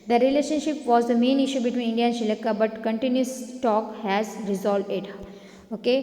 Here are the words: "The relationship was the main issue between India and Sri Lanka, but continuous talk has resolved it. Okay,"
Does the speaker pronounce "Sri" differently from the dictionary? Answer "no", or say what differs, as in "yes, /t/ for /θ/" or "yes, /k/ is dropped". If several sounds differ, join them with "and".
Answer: yes, /ɹ/ is dropped